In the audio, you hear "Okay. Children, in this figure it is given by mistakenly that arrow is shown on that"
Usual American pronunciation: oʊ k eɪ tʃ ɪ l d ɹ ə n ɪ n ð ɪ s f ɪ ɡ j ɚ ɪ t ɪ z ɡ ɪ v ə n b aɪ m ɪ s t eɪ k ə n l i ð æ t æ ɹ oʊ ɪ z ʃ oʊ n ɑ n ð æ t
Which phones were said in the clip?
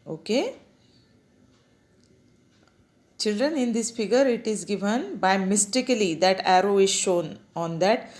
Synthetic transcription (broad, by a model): oʊ k eɪ tʃ ɪ l d ɹ ə n ɪ n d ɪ s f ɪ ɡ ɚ ɪ t ɪ z ɡ ɪ v ə n b aɪ m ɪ s t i k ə l i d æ t æ ɹ oʊ ɪ z ʃ oʊ n ɑ n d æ t